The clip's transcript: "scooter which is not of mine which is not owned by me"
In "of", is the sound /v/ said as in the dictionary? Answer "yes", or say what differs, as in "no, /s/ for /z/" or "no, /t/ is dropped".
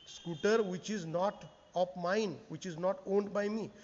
no, /p/ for /v/